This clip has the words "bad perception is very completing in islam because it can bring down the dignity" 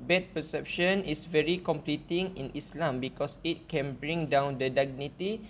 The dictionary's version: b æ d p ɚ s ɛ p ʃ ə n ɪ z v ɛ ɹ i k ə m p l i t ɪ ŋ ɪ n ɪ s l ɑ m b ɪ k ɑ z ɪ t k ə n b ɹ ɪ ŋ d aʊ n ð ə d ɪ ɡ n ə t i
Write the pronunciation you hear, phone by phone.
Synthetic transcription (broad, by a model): b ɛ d p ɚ s ɛ p ʃ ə n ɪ s v ɛ ɹ i k ə m p l i t ɪ ŋ ɪ n ɪ s l ɑ m b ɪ k ɑ s ɪ t k ə n b ɹ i ŋ d aʊ n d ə d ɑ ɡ n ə t i